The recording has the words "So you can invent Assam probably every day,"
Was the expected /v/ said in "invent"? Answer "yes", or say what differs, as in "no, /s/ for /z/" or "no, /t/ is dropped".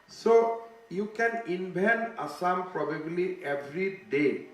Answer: no, /b/ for /v/